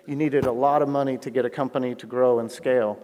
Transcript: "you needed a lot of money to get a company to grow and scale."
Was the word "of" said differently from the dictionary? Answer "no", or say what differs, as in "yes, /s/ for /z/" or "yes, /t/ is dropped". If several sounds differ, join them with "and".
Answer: no